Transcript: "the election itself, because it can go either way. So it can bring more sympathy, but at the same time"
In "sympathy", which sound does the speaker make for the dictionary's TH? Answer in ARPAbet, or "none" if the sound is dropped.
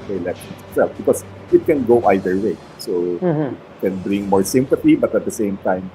T